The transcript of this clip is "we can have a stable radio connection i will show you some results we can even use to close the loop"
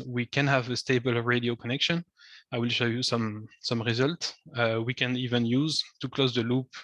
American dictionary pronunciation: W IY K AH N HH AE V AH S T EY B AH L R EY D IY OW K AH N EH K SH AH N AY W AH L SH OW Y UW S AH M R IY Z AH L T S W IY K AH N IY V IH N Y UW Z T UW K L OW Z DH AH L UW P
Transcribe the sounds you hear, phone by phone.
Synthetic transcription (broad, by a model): W IY K AH N HH AE V AH S T EY B AH L R EY D IY OW K AH N EH K SH AH N AY W AH L SH OW Y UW S AH M R IY Z AH L T S W IY K AH N IY V IH N Y UW Z T UW K L OW Z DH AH L UW P